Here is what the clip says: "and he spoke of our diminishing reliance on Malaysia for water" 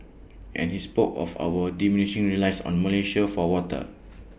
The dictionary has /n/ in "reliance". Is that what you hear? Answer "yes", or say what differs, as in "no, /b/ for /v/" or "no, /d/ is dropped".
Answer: no, /n/ is dropped